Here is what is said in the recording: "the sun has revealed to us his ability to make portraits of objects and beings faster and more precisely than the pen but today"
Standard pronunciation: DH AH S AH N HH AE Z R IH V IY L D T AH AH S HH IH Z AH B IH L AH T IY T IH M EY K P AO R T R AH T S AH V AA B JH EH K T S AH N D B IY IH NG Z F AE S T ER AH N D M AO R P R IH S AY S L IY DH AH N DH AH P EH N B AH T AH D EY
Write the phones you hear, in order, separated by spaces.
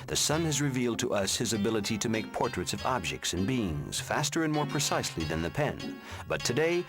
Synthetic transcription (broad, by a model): DH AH S AH N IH Z R IH V IY L D T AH AH S HH IH Z AH B IH L AH T IY T IH M EY K P AO R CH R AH T S AH V AA B JH EH K T S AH N B IY IH NG Z F AE S T ER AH N M AO R P R IH S AY S L IY DH AH N DH AH P EH N B AH T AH D EY